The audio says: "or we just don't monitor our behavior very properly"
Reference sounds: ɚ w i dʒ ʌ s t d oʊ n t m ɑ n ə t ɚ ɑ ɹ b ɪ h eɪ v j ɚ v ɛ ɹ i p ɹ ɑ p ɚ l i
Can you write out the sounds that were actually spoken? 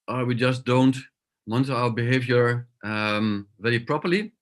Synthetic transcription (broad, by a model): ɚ w i dʒ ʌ s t d oʊ n t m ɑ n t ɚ ɑ l b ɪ h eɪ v j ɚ v ɛ ɹ i p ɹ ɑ p ɚ l i